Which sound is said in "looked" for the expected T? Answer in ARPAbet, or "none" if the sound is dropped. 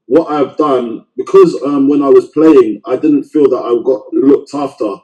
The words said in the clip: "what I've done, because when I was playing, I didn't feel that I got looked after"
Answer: T